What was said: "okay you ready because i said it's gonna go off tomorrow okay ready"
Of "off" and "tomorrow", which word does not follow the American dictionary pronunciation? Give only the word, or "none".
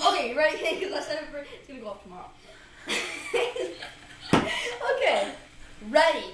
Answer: none